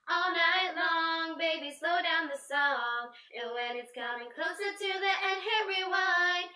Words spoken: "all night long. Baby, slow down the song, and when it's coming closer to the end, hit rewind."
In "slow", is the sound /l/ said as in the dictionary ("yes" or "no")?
yes